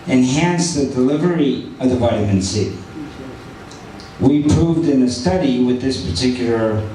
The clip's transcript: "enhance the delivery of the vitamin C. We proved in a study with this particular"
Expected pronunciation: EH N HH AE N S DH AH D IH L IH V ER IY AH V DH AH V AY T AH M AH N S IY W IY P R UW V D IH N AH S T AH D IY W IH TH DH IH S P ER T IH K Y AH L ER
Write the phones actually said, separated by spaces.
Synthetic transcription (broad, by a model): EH N HH AE N S DH AH D IH L IH V ER IY AH V DH AH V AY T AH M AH N S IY W IY P R UW V D IH N AH S T AH D IY W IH DH IH S P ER T IH K Y L ER